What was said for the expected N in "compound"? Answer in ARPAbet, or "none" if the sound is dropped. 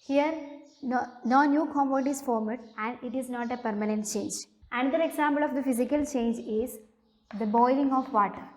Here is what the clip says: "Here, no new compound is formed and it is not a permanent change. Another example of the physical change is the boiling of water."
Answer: none